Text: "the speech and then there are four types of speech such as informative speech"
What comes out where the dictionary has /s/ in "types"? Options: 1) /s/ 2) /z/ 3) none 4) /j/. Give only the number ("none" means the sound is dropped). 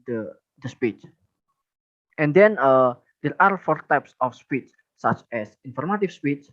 1